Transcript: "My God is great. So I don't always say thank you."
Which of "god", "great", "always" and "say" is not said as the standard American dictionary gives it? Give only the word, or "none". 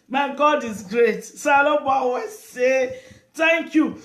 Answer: always